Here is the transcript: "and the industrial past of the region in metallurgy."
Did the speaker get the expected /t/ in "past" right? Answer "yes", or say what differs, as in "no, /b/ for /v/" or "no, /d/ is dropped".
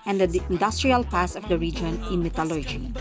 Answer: no, /t/ is dropped